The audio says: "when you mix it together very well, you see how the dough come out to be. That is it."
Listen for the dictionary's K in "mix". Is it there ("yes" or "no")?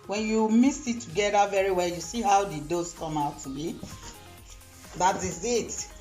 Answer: no